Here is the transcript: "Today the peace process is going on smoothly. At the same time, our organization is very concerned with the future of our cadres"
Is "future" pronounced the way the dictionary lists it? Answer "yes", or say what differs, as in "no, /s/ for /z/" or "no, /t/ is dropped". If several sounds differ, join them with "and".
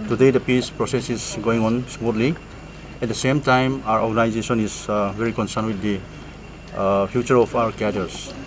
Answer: no, /p/ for /f/